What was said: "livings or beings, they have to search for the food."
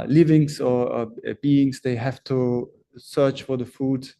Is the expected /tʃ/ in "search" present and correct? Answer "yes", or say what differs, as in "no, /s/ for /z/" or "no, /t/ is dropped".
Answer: yes